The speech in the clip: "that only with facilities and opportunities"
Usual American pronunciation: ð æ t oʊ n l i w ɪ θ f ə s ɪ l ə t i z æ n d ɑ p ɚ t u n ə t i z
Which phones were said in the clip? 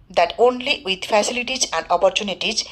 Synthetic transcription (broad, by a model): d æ t oʊ n l i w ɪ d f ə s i l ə t i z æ n d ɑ p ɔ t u n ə t i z